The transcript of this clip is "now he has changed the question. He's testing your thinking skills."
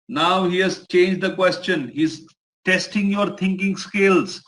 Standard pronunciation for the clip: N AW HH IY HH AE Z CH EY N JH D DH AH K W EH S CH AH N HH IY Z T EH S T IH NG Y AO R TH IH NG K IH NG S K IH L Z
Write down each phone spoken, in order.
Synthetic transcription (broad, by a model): N AW HH IY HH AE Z CH EY N JH D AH K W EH S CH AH N HH IY Z T EH S T IH NG Y AO R T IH NG K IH NG S K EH L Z